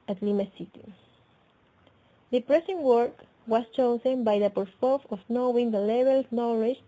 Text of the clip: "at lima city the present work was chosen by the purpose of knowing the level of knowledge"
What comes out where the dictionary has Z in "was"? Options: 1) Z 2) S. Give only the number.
2